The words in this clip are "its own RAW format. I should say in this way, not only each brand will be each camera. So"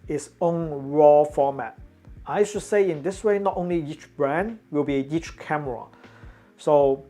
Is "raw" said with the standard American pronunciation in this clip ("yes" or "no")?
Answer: yes